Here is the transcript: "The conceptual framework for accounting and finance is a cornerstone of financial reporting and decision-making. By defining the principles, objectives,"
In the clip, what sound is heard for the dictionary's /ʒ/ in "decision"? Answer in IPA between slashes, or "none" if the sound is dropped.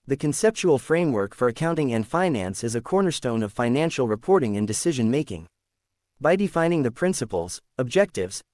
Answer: /ʒ/